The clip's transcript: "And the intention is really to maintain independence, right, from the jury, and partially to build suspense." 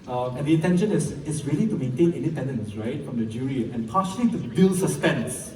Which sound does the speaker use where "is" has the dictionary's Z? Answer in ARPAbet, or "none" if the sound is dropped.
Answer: S